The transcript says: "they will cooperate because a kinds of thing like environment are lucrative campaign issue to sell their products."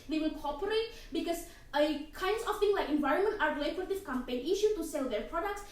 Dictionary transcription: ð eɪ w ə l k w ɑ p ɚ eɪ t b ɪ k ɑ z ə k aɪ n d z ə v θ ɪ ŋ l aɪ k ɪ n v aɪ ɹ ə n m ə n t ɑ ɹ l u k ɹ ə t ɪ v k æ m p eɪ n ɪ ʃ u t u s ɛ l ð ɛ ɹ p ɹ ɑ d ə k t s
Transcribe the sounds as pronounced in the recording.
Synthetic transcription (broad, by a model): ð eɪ w ə l k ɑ p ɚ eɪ t b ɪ k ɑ s ə k aɪ n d s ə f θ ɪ ŋ l aɪ k ɪ n v aɪ ɹ ə n m ə n t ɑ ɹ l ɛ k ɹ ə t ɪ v k æ m p eɪ n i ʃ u t u s ɛ l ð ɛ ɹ p ɹ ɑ d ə k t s